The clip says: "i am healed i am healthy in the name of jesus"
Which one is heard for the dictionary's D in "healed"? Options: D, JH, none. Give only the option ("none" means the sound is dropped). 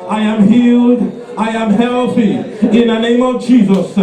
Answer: D